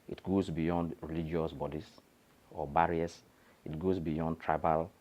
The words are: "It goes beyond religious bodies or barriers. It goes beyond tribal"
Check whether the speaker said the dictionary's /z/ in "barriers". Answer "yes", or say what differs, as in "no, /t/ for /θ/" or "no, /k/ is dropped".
no, /s/ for /z/